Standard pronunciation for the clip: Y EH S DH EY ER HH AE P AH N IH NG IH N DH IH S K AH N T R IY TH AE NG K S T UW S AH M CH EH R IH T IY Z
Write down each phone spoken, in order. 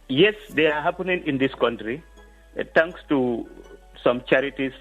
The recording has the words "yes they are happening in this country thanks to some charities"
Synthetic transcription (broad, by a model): Y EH S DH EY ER HH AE P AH N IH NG IH N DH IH S K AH N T R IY T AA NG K S T UW S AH M CH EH R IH T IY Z